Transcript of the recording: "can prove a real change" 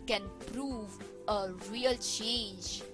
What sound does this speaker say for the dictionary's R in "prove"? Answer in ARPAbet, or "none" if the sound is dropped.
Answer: R